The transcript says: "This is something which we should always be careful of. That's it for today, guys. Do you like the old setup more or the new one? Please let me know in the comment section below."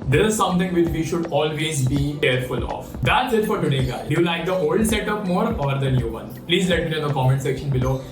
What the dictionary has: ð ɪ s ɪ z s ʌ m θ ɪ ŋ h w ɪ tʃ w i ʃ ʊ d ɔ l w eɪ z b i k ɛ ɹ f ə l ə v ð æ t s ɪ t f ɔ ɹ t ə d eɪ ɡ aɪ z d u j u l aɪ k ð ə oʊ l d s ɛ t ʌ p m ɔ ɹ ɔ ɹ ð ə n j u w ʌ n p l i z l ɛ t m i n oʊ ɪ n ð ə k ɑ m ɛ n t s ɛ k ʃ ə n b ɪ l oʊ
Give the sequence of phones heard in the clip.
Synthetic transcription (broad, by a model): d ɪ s ɪ z s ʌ m t ɪ ŋ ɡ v ɪ tʃ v i ʃ ʊ d ɔ l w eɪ z b i k ɛ ɹ f ə l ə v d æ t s ɪ t f ɔ ɹ t ə d eɪ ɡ aɪ d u j u l aɪ k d ə oʊ l d s ɛ t ʌ p m ɔ ɹ ɔ ɹ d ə n j u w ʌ n p l i z l ɛ t m i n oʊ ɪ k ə k ɑ m ɛ n t s ɛ k ʃ ə n b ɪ l oʊ